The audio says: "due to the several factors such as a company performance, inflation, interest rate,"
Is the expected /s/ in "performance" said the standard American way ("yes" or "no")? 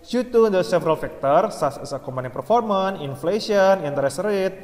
no